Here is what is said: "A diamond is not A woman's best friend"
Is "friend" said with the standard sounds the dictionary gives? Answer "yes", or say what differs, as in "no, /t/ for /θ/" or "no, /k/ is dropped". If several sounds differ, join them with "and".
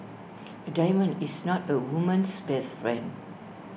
yes